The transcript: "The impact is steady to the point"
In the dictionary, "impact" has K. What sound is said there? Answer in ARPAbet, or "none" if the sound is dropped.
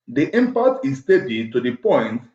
none